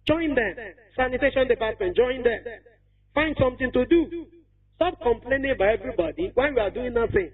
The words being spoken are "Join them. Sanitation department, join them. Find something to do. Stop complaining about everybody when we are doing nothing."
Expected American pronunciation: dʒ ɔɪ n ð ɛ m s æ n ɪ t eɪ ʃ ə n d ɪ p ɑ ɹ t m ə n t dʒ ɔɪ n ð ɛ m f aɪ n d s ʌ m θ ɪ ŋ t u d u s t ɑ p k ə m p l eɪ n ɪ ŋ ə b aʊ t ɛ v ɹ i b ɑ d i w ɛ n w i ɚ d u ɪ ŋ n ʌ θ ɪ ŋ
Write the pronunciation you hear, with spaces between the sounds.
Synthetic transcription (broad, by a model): dʒ ɔɪ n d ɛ m s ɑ n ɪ t eɪ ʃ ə n d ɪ p ɑ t m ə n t dʒ ɔɪ n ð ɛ m f aɪ n d s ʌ m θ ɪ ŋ t u d u s t ɑ p k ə m p l eɪ n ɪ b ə ɪ ɛ v ɹ i b ɑ d i w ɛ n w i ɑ d u ɪ ŋ n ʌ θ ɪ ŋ